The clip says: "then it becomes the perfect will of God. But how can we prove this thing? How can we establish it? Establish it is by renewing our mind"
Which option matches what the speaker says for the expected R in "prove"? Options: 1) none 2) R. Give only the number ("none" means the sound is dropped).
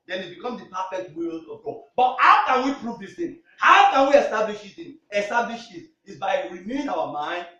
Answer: 2